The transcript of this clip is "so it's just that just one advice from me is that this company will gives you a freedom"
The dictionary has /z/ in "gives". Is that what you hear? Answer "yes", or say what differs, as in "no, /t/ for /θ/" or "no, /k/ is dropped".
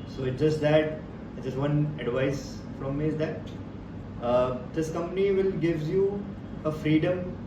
no, /z/ is dropped